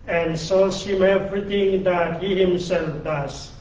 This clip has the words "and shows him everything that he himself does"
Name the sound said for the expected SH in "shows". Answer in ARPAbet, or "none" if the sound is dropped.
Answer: S